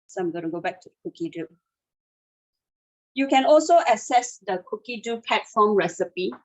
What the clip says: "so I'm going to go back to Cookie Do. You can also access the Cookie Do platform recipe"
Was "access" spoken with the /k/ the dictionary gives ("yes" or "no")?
no